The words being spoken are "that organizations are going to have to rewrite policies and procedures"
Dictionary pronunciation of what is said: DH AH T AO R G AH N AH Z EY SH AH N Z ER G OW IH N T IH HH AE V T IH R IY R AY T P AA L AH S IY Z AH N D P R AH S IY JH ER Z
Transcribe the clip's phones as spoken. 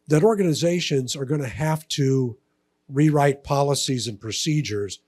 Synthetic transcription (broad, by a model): DH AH T AO R G AH N AH Z EY SH AH N Z ER G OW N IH HH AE F T IH R IY R AY T P AA L AH S IY Z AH N P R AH S IY JH ER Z